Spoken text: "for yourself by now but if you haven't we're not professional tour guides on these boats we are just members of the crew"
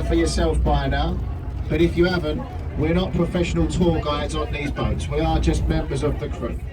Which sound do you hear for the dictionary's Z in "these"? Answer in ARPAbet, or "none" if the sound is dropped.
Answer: Z